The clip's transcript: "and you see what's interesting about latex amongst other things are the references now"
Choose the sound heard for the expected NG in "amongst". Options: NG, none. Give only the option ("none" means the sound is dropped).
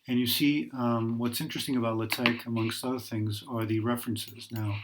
NG